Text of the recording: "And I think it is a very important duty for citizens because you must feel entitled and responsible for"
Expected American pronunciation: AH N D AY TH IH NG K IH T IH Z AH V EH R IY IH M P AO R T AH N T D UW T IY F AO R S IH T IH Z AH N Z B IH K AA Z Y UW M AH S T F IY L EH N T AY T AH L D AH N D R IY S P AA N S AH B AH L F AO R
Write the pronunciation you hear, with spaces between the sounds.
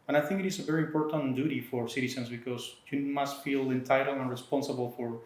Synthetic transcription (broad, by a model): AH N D AY TH IH NG K IH T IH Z AH V EH R IY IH M P AO R T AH N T D UW T IY F AO R S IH T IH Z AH N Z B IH K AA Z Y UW M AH S T F IY L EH N T AY T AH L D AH N R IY S P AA N S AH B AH L F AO R